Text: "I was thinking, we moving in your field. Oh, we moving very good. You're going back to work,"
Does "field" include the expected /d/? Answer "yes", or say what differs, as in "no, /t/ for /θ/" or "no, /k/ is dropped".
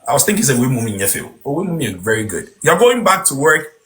no, /d/ is dropped